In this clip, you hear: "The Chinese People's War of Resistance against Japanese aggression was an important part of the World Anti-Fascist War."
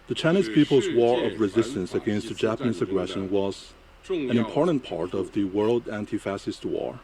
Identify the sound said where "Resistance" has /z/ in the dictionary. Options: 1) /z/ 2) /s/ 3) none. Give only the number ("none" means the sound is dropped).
1